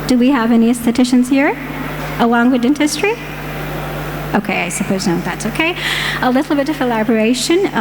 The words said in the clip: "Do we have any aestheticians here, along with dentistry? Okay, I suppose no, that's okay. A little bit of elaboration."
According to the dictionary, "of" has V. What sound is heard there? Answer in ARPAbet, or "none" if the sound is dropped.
V